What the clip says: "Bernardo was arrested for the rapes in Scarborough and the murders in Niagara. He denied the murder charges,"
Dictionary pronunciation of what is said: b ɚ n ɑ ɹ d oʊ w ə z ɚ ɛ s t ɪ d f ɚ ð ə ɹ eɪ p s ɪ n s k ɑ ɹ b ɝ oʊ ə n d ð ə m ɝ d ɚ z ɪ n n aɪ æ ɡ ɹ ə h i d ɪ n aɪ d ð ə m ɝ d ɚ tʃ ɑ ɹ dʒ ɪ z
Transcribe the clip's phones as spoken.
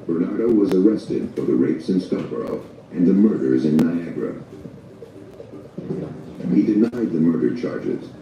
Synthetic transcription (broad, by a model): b ɚ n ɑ ɹ d oʊ w ə z ɚ ɛ s t ɪ d f ɚ ð ə ɹ eɪ p s ɪ n s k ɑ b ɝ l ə n ð ə m ɝ d ɚ z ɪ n n aɪ æ ɡ ɹ ə h i d ɪ n aɪ d ð ə m ɝ d ɚ tʃ ɑ ɹ dʒ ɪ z